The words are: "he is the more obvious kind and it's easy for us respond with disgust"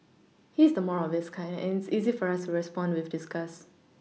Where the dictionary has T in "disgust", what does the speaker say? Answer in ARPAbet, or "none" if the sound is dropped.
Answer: none